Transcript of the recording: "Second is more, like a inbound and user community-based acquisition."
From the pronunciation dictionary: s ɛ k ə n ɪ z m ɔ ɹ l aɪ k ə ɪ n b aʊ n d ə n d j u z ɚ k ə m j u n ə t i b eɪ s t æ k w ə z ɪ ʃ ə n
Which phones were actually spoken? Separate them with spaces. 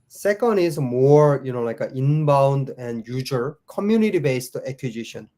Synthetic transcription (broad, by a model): s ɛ k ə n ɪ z m ɔ ɹ l aɪ k ə ɪ n b aʊ n d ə n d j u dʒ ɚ k ə m j u n ə t i b eɪ s t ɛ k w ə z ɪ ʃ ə n